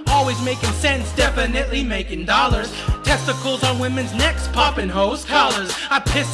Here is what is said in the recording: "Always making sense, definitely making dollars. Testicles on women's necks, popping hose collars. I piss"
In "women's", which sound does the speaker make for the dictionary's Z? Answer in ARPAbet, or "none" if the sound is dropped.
Z